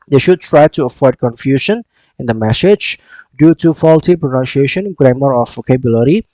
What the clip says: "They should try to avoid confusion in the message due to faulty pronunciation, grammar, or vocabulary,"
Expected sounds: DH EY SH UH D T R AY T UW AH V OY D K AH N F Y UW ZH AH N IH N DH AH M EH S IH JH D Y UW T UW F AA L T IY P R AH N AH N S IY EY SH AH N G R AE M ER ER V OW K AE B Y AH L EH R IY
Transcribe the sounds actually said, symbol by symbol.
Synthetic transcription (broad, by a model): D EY SH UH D T R AY T UW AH F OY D K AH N F Y UW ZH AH N IH N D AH M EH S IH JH D Y UW T UW F AA L T IY P R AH N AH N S IY EY SH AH N G R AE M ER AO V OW K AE B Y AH L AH R IY